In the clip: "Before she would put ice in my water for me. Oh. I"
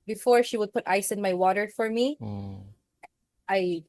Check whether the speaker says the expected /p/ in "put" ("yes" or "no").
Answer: yes